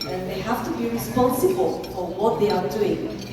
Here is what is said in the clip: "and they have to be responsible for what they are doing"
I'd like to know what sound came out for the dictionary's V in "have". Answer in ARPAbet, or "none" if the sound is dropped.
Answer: F